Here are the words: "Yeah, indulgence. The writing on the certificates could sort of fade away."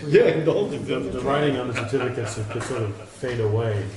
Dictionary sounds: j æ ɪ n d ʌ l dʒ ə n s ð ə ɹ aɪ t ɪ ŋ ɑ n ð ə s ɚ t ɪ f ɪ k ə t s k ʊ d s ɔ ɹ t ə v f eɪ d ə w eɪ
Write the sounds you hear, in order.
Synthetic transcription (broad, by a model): j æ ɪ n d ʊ l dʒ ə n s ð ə ɹ aɪ t ɪ ŋ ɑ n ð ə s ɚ t ɪ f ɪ k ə t s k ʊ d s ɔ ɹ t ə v f eɪ d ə w eɪ